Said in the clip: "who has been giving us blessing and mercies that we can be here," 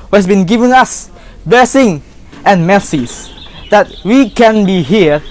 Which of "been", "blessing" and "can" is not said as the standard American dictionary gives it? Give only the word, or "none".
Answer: blessing